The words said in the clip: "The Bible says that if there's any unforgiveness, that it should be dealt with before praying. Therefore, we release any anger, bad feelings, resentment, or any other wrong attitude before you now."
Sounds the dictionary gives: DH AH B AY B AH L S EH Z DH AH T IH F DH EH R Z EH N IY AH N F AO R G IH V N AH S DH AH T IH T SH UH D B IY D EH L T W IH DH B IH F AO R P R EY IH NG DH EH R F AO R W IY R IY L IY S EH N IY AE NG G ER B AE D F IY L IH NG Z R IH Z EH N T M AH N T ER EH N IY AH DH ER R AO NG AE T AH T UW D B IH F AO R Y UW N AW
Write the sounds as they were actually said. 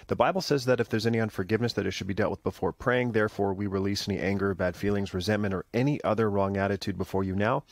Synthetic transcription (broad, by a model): DH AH B AY B L S EH Z DH AH T IH F DH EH R Z EH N IY AH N F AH R G IH V N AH S DH AH T IH T SH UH D B IY D EH L T W IH DH B IH F AO R P R EY IH NG DH EH R F AO R W IY R IY L IY S EH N IY AE NG G ER B AE D F IY L IH NG Z R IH Z EH N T M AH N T ER EH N IY AH DH ER R AO NG AE T AH T UW D B IH F AO R Y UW N AW